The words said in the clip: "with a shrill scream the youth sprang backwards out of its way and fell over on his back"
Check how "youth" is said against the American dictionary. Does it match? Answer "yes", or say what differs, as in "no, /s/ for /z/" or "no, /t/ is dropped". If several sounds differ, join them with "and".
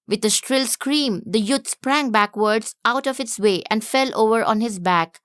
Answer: no, /t/ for /θ/